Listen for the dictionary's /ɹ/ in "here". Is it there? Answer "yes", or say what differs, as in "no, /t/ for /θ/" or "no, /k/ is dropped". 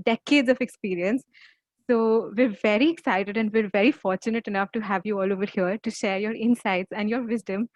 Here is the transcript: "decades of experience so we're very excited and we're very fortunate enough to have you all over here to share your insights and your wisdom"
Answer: yes